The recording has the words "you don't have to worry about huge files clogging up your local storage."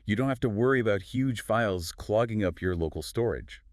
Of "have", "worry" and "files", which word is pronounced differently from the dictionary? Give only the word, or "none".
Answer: have